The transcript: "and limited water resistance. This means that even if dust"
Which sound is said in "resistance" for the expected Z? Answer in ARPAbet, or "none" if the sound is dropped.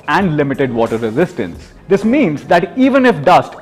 Z